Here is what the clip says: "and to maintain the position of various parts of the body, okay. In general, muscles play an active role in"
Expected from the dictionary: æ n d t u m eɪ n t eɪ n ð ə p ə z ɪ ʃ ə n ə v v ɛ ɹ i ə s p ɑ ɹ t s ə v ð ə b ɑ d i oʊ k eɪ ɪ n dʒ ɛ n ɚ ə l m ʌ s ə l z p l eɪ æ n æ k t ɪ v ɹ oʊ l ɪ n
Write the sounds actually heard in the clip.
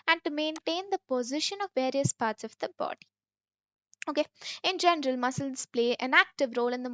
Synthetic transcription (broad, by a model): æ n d t u m eɪ n t eɪ n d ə p ə z ɪ ʃ ə n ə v v ɛ ɹ i ə s p ɑ ɹ t s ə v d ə b ɑ d i oʊ k eɪ ɪ n dʒ ɛ n ɚ ə l m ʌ s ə l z p l eɪ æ n æ k t ɪ v ɹ oʊ l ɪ n